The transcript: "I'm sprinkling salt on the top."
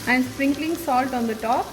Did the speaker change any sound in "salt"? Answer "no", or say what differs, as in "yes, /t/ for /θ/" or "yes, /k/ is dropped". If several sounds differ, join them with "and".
no